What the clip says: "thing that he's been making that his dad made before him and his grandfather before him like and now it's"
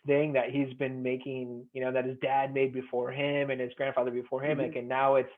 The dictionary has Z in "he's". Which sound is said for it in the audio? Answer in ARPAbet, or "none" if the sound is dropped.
Z